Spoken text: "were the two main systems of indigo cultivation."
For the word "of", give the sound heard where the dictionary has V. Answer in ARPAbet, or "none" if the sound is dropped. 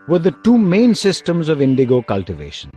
V